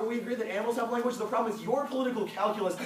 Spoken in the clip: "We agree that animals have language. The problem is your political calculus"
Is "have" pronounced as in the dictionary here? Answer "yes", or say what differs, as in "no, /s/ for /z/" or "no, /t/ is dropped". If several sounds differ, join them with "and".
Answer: no, /p/ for /v/